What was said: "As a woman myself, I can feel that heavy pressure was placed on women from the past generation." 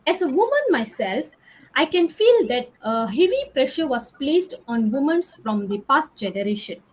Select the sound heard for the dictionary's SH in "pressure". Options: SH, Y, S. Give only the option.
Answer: SH